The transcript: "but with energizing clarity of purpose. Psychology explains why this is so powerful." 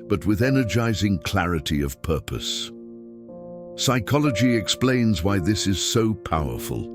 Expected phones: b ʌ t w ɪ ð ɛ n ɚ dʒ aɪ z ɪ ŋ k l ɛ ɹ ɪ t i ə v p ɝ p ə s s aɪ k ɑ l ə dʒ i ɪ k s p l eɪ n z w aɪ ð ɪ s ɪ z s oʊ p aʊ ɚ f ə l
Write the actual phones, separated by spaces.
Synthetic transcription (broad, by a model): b ʌ t w ɪ ð ɛ n ɚ dʒ aɪ z ɪ ŋ k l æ ɹ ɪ t i ə v p ɝ p ə s s aɪ k ɑ l ə dʒ i ɪ k s p l eɪ n z w aɪ ð ɪ s ɪ z s oʊ p aʊ ɚ f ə l